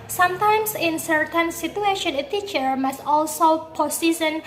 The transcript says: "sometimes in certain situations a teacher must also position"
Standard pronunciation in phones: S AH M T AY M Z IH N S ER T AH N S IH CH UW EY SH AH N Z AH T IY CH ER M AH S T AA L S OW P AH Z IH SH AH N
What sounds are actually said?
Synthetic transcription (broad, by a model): S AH M T AY M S IH N S ER T AH N S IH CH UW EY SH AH N AH T IY CH ER M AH S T AA L S OW P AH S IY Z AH N